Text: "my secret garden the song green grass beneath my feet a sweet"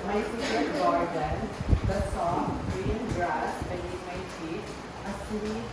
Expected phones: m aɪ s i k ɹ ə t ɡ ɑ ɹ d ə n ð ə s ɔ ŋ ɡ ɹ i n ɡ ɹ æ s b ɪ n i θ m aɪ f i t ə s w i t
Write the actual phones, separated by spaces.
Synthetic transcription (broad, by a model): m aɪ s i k ə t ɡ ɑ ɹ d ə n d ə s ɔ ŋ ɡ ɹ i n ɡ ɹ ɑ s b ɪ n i m aɪ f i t ə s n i